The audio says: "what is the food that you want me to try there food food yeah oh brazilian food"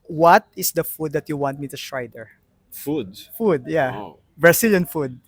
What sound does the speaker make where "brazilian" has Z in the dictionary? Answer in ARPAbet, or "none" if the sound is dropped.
S